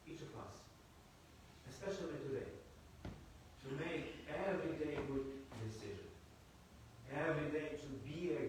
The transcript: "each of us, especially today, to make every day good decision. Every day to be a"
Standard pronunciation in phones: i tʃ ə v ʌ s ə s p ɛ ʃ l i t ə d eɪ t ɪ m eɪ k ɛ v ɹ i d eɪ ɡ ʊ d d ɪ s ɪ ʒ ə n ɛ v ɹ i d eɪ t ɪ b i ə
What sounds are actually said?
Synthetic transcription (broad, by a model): i tʃ ə v ʌ s ə s p ɛ ʃ l i t ə d eɪ t ɪ m eɪ k ɛ v ɹ i d eɪ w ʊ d d ɪ s ɪ ʒ ə n ɛ v ɹ i d eɪ t ɪ b i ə